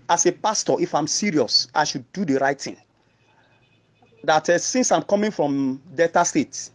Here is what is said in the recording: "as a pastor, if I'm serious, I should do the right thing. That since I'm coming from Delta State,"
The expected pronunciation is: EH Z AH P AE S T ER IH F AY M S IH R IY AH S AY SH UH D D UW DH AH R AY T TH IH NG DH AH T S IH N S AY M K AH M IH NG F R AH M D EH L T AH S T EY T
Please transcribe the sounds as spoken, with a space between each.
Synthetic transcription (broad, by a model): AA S AH P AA S T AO IH F AY M S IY R IY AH S AY SH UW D D UW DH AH R AY T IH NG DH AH T S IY N S AY M K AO M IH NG F R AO M D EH T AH S T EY T